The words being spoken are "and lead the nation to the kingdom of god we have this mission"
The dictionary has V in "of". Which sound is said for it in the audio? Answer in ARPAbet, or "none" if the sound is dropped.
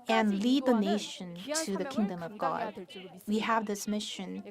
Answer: V